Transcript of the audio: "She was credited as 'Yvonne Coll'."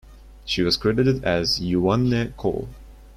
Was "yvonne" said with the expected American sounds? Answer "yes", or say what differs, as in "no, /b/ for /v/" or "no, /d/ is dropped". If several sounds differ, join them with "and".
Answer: no, /v/ is dropped